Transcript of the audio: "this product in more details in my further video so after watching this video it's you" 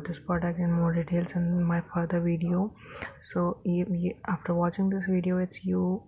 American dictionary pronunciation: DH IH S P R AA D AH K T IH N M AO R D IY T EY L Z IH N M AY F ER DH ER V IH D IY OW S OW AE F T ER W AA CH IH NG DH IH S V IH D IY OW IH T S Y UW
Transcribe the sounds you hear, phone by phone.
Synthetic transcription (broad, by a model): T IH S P AA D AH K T IH N M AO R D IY T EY L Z IH N M AY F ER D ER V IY D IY OW S OW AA F T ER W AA CH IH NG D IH S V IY D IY OW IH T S Y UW